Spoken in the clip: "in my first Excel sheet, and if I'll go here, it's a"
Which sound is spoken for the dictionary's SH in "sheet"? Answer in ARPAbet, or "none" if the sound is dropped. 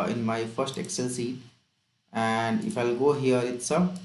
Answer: S